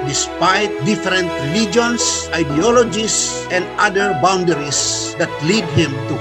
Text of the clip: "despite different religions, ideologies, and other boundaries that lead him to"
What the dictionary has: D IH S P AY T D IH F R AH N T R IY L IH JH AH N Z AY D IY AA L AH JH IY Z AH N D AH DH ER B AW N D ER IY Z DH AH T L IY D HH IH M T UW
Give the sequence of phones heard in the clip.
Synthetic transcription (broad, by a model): D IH S P AY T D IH F R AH N T L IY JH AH N S AY D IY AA L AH JH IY S AH N D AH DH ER B AW N D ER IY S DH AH T L IY D HH IH M T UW